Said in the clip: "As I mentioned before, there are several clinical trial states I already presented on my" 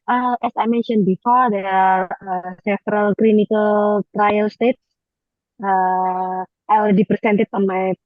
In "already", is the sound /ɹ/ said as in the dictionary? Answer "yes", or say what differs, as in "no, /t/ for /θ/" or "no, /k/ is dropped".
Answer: no, /l/ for /ɹ/